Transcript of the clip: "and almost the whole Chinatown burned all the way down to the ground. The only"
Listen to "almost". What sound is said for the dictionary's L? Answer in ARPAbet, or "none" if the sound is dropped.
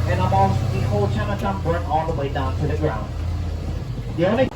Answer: none